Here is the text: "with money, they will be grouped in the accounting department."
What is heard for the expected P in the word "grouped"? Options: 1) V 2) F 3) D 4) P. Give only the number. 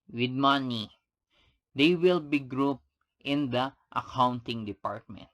4